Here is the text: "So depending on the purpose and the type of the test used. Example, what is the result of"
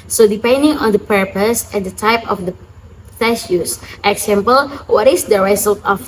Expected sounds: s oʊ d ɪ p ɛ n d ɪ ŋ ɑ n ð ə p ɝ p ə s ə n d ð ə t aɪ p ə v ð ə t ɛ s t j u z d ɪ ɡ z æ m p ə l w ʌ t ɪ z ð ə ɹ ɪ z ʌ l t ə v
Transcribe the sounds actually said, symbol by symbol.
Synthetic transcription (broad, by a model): s oʊ d ɪ p ɛ n d ɪ ŋ ɑ n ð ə p ɝ p ə s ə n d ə t aɪ p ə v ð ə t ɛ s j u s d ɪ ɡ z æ m p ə l w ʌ t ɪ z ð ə ɹ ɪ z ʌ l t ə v